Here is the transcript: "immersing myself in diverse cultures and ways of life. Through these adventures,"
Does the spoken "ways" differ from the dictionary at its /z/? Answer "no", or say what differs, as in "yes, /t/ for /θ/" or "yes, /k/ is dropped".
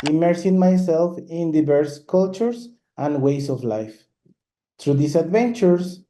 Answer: yes, /s/ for /z/